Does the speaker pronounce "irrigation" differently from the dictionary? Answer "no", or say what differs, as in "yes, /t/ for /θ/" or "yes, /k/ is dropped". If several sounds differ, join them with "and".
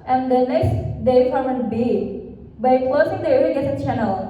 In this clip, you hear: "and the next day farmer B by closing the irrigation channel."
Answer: yes, /ɹ/ is dropped